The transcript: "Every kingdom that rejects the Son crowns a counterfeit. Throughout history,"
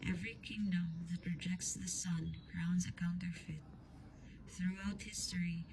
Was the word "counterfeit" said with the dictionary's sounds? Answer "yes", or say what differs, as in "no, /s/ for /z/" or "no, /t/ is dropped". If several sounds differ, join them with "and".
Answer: yes